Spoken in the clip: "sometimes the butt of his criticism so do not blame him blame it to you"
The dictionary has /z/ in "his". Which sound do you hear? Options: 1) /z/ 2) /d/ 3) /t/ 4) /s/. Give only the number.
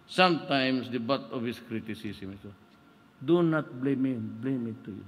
4